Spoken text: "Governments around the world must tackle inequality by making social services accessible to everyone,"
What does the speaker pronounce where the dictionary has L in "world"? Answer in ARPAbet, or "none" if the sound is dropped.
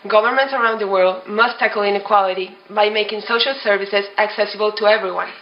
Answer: L